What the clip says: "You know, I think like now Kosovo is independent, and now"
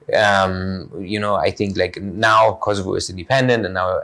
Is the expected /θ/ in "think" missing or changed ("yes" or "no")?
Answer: no